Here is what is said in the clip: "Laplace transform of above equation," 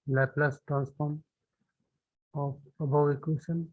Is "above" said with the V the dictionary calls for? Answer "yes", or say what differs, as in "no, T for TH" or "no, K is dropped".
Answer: no, W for V